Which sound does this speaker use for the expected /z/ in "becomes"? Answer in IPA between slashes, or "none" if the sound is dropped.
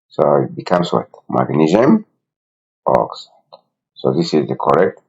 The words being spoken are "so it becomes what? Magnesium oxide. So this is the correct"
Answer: /s/